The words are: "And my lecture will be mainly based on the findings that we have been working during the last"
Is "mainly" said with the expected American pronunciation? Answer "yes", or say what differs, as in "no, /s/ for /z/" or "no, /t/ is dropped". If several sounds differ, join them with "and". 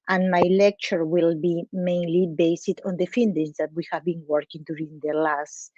yes